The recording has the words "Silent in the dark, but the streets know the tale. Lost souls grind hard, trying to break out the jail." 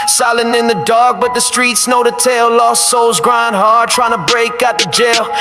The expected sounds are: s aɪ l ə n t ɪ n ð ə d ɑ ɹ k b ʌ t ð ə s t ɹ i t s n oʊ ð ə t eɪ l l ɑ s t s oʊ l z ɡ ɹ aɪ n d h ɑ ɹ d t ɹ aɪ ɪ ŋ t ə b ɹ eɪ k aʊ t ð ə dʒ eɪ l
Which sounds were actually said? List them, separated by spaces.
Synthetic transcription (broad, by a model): s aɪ l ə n ɪ n ð ə d ɑ ɹ k b ʌ t ð ə s t ɹ i t s n oʊ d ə t eɪ l l ɑ s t s oʊ l z ɡ ɹ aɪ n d h ɑ ɹ d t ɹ aɪ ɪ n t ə b ɹ eɪ k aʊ t ð ə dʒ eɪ l